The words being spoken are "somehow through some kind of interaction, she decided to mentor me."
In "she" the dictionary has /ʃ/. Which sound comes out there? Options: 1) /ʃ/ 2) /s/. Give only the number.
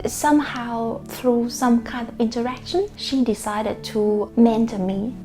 1